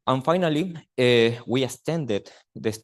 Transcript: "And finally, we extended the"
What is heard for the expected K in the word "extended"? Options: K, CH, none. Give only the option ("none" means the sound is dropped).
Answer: none